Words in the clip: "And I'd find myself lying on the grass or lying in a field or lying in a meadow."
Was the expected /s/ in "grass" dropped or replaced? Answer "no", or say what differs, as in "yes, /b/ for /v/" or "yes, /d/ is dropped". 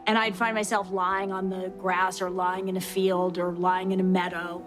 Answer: no